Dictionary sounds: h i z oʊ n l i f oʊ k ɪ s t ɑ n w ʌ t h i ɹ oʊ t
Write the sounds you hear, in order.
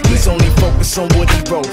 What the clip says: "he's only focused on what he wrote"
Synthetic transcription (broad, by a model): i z oʊ n l i f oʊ k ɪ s ɑ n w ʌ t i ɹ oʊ